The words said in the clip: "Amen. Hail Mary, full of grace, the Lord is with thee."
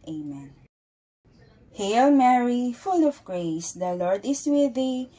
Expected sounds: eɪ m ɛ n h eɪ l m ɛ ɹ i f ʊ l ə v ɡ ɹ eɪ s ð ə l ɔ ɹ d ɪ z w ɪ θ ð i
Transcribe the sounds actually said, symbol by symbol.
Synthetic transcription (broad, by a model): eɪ m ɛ n h eɪ l m ɛ ɹ i f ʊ l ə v ɡ ɹ eɪ s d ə l ɔ ɹ d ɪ s w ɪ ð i